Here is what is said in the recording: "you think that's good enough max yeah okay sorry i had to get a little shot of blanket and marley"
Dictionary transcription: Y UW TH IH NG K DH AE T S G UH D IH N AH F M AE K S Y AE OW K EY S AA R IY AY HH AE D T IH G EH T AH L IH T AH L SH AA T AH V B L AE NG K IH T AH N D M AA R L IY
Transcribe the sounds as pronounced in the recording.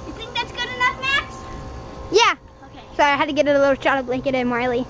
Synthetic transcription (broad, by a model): Y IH TH IH NG K DH AE T S G UH D IH N AH F M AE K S Y AE OW K EY S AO IY AY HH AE D T IH G EH T AH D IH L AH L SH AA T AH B L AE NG K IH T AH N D M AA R L IY